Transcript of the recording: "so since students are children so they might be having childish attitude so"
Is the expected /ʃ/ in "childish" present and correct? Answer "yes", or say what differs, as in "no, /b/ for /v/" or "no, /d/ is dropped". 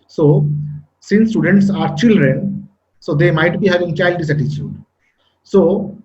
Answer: no, /s/ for /ʃ/